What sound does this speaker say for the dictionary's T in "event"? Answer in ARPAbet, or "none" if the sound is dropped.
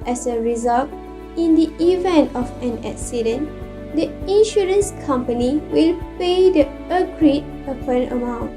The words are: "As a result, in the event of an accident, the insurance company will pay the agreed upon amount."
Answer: T